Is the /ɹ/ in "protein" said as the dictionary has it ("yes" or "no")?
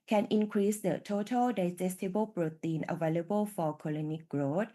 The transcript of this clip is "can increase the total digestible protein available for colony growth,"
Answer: yes